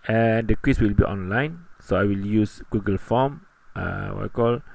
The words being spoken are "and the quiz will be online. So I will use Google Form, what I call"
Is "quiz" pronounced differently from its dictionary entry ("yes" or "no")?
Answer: yes